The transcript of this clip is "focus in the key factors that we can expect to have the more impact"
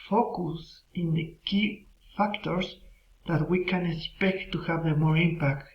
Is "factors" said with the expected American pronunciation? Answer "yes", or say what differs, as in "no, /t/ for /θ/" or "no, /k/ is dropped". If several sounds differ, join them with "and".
no, /s/ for /z/